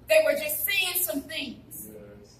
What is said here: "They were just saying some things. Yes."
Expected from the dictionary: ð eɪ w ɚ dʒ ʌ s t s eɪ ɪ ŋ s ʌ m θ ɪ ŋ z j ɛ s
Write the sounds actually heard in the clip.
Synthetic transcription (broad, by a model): ð eɪ w ɚ dʒ ʌ s t s eɪ ɪ ŋ s ʌ m θ ɪ ŋ z